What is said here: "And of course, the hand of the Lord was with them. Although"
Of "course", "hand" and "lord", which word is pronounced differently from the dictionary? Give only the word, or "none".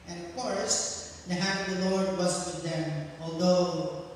hand